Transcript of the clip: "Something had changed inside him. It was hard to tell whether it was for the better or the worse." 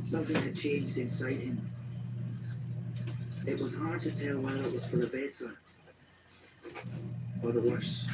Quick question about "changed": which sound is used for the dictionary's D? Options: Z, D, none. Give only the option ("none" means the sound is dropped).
D